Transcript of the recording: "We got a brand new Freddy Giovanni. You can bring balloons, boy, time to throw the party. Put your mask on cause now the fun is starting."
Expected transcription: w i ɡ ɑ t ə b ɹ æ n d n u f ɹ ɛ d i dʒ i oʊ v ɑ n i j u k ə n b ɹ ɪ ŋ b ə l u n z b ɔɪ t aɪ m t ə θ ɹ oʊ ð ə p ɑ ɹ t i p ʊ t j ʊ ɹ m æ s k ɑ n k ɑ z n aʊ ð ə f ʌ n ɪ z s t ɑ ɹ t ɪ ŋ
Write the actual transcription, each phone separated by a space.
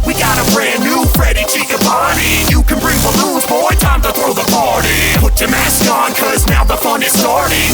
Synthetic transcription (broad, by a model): w i ɡ ɑ t ə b ɹ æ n n u f ɹ ɛ d i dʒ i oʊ p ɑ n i j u k ə n b ɹ ɪ ŋ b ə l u z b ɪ t aɪ m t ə θ ɹ oʊ ð ə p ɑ ɹ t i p ʊ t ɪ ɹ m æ s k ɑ n k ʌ z n aʊ ð ə f ʌ n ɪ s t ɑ ɹ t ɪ